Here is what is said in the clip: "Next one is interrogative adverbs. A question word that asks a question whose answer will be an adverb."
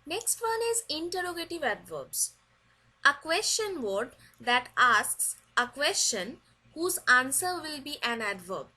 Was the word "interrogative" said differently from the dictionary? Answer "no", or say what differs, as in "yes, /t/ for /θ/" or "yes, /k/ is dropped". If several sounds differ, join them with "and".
no